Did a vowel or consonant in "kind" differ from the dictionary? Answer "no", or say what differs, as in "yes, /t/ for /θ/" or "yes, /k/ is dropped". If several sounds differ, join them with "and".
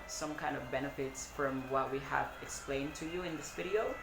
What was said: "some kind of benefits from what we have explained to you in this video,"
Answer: no